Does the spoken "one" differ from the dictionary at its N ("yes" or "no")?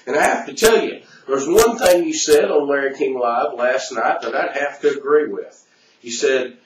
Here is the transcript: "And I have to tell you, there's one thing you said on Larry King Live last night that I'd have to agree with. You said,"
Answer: no